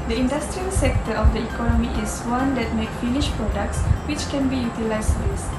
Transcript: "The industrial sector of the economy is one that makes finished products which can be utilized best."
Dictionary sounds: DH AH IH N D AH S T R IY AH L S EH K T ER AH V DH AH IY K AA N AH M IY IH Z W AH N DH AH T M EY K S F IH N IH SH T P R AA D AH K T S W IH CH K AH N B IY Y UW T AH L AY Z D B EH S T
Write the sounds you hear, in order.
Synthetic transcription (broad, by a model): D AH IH N D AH S T R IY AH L S EH K T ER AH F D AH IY K AA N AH M IY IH S W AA N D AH T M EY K F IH N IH SH P R AA D AH K T S W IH CH K AH N B IY Y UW T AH L AY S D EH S